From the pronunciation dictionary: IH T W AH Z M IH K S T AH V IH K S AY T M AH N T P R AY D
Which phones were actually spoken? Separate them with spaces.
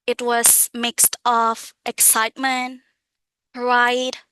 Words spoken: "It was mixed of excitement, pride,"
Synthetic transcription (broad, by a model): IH T W AH Z M IH K S T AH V IH K S AY T M AH N T R AY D